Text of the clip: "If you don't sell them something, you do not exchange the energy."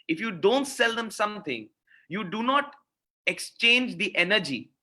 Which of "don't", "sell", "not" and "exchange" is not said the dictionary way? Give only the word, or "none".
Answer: none